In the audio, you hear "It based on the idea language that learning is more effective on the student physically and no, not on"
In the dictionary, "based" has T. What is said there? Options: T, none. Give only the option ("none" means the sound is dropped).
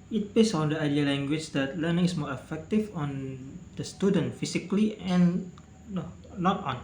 none